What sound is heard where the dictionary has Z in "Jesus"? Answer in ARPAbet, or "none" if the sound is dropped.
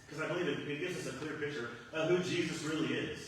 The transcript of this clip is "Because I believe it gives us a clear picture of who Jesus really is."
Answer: Z